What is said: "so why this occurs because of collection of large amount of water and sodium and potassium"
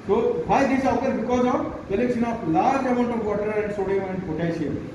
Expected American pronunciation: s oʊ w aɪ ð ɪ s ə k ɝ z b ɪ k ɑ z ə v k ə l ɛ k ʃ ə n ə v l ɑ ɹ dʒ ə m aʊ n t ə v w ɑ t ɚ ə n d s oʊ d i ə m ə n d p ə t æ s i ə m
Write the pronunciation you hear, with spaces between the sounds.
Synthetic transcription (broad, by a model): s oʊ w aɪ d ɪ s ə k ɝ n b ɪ k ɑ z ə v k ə l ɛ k s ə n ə p l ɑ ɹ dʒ ə m aʊ n t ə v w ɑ t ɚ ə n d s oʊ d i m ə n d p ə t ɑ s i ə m